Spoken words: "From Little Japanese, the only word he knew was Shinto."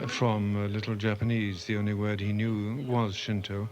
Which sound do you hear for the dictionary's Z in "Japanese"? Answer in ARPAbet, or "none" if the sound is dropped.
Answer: Z